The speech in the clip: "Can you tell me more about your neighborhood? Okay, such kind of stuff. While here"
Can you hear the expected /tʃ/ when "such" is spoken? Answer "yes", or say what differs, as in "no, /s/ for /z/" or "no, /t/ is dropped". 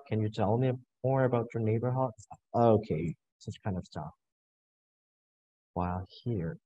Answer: no, /s/ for /tʃ/